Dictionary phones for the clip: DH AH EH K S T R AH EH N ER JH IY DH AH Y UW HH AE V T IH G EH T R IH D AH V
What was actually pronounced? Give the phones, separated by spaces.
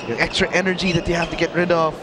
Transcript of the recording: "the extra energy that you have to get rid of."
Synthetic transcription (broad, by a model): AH EH K S T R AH EH N ER JH IY DH AH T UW HH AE F T IH G EH T R IH D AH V